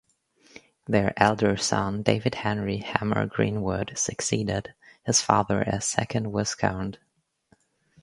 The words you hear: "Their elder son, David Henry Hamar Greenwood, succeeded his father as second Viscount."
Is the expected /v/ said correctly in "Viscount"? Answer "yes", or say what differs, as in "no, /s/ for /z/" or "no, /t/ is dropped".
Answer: no, /w/ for /v/